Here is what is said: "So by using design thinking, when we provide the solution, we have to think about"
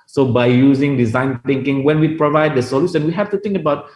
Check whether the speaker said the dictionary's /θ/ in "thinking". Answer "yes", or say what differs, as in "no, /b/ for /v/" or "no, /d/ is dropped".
no, /t/ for /θ/